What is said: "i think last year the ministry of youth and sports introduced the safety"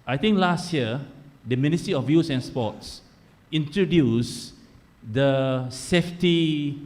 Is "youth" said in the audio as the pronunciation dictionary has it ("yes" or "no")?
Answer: no